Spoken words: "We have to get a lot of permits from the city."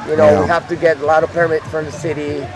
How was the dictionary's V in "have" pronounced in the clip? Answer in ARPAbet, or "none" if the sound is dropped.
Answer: F